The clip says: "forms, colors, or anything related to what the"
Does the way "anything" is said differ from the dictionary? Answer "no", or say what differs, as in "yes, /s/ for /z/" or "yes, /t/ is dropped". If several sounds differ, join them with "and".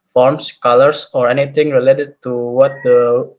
yes, /t/ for /θ/